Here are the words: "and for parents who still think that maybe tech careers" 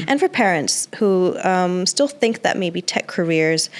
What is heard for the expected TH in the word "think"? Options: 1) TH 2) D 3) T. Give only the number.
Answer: 1